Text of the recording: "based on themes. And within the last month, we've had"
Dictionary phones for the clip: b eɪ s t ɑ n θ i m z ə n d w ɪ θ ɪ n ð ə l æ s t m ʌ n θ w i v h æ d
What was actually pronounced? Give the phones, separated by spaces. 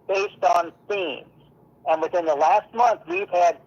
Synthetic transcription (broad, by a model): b eɪ s t n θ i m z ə n w ɪ θ ɪ n ð ə l æ s t m ʌ n θ w i v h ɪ d